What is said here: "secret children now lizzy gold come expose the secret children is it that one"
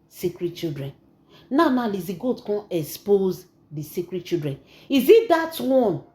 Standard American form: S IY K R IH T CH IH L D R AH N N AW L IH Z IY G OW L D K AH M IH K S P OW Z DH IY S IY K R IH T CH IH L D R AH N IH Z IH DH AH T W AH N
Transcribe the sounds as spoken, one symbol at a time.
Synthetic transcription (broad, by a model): S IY K R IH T CH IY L D R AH N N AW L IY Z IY G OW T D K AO IH K S P OW Z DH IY S IY K R IH T CH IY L D R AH N IH Z IH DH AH T W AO N